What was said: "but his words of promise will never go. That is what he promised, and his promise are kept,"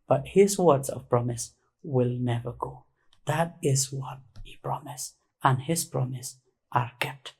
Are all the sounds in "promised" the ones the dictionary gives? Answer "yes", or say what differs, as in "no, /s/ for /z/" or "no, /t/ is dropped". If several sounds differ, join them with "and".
no, /t/ is dropped